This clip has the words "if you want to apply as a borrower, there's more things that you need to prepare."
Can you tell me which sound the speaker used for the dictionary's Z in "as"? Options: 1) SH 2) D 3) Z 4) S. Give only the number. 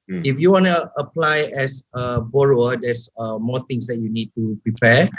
4